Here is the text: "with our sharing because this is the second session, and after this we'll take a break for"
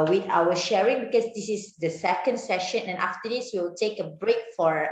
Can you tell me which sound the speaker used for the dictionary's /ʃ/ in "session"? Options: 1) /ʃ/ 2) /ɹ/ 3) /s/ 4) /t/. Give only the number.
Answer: 1